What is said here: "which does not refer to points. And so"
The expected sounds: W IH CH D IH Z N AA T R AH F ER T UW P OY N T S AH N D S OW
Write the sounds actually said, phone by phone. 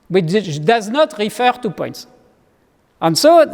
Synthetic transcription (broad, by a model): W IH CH D IH Z N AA T R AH F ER T UW P OY N T S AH N S OW